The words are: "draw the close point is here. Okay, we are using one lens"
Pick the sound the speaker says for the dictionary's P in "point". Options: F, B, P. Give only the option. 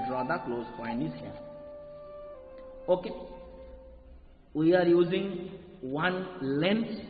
F